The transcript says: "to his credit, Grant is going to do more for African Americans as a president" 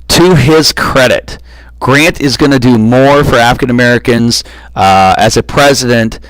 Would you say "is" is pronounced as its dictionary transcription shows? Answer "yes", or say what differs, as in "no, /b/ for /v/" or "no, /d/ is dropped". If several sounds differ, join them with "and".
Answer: yes